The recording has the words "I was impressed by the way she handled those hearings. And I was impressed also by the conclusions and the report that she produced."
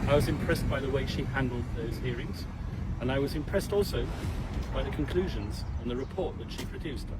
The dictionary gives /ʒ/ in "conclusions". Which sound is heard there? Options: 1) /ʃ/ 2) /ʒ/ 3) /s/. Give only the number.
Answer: 2